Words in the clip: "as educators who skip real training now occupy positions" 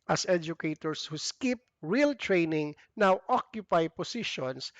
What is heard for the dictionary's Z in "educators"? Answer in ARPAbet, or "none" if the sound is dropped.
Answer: S